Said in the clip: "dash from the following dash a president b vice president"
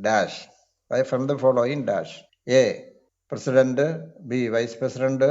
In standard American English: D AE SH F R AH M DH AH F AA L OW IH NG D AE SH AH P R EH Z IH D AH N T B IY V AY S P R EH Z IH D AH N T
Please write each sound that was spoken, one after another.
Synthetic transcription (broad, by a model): D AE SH F R AH M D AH F AA L OW IH NG D AE SH AH P R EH S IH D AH N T B IY V AY S P R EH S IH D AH N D